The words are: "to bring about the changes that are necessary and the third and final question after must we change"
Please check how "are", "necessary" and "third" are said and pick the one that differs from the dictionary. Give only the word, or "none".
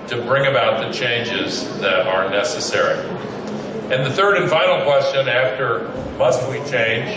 none